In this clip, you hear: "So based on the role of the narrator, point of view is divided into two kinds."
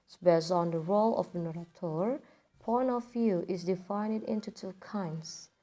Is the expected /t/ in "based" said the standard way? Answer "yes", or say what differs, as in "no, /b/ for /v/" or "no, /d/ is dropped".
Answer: no, /t/ is dropped